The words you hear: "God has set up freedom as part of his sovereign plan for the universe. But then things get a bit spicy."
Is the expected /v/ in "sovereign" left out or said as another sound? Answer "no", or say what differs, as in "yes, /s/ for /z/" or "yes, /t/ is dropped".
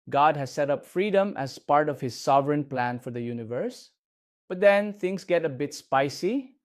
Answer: no